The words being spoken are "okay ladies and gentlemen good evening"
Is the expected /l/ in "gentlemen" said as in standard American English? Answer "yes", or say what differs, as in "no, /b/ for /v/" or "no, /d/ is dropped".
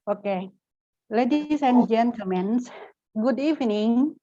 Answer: no, /l/ is dropped